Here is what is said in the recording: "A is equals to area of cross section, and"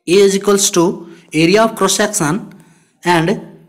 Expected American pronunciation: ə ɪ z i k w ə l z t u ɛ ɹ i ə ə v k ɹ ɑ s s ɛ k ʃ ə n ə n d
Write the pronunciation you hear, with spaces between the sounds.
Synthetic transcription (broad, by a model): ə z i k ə l s t u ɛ ɹ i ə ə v k ɹ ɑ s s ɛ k s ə n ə n d